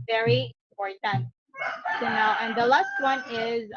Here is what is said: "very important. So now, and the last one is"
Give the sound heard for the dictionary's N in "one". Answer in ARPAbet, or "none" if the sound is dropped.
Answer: N